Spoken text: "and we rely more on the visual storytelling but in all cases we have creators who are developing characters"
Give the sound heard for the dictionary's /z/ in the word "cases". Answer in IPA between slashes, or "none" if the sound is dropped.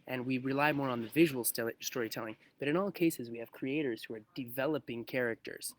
/z/